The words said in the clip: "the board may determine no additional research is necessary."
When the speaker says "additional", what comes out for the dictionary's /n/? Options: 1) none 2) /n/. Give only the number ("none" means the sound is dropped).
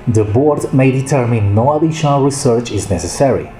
1